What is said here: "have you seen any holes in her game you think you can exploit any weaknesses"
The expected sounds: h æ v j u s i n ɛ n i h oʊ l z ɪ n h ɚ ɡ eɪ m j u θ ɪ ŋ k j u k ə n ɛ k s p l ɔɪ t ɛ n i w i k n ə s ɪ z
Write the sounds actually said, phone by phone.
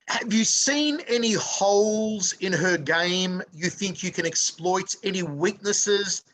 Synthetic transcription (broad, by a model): h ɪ v j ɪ s i n ɛ n i h oʊ l z ɪ n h ɚ ɡ eɪ m j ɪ θ ɪ ŋ k j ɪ k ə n ɛ k s p l ɔɪ t ɛ n i w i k n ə s ɪ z